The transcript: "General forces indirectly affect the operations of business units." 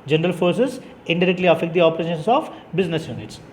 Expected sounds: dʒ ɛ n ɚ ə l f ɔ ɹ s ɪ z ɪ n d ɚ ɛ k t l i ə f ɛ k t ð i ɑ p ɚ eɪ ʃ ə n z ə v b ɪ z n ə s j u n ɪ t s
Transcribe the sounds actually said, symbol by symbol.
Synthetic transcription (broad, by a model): dʒ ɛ n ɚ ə l f ɔ ɹ s ɪ z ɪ n d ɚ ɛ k t l i ə f ɛ k t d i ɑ p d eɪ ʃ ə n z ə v b ɪ z n ə s j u n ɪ t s